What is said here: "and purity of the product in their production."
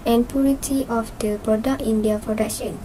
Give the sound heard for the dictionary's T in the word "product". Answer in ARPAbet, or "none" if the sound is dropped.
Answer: none